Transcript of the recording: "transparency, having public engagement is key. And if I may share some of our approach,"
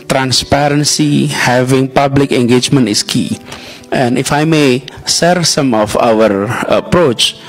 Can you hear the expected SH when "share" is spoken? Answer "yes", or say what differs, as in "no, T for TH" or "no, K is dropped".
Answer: no, S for SH